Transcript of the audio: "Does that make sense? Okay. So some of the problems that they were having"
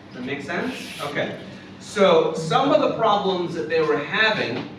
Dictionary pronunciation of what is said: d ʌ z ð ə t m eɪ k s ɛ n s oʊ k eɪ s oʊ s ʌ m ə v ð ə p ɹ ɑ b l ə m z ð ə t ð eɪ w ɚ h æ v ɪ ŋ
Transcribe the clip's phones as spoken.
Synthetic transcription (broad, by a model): ð ə t m eɪ k s ɛ n s oʊ k eɪ s oʊ s ʌ m ə v ð ə p ɹ ɑ b l ə m z ð ə t ð eɪ w ɚ h æ v ɪ ŋ